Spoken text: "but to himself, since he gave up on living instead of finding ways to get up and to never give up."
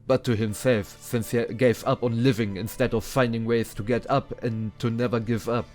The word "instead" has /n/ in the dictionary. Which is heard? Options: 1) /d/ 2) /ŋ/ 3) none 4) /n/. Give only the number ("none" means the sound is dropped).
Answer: 4